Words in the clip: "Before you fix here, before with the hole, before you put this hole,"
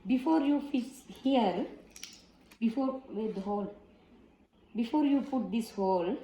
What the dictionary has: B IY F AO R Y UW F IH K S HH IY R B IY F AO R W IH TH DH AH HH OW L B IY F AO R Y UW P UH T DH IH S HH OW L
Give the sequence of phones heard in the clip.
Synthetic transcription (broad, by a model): B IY F AO R Y UW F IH S HH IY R B IY F AO R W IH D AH HH OW L B IY F AO R Y UW P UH T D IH S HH OW L